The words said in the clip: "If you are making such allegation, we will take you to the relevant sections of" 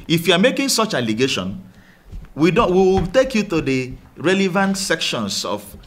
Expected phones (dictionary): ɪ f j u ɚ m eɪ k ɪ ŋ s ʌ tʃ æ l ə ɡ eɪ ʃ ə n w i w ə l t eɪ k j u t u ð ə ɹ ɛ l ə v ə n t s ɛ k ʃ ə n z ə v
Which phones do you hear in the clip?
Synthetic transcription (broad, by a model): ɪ f j u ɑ m eɪ k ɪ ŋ s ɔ tʃ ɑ l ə ɡ eɪ ʃ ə n w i w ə w t eɪ k j u t u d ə ɹ ɛ l ə v ə n t s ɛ k ʃ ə n s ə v